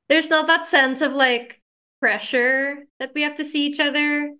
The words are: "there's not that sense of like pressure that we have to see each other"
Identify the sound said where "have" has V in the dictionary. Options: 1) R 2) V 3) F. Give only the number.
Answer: 3